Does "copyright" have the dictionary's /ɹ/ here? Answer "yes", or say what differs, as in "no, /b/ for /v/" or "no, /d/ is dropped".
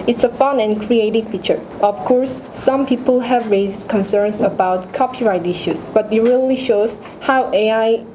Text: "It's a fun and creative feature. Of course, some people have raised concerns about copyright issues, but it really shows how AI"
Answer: yes